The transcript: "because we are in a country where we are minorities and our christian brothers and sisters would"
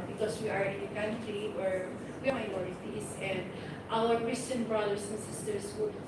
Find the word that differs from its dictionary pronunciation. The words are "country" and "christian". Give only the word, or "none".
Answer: country